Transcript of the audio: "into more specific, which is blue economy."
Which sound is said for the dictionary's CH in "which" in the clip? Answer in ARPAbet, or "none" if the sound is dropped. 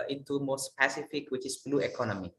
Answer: CH